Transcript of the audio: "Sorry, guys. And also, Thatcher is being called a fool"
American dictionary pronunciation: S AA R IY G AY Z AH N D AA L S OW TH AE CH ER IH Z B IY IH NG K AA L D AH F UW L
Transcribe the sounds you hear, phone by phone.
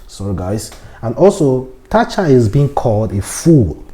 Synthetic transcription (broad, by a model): S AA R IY G AY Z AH N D AA L S OW T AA CH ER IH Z B IY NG K AA L D AH F UW L